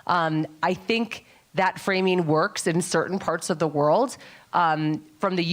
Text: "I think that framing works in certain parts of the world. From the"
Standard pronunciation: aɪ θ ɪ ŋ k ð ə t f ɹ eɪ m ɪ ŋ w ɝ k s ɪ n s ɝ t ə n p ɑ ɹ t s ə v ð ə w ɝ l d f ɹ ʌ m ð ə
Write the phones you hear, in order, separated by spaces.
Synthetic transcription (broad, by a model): aɪ θ ɪ ŋ k ð ə t f ɹ eɪ m ɪ ŋ w ɝ k s ɪ n s ɝ t n p ɑ ɹ t s ə v ð ə w ɝ l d f ɹ ʌ m ð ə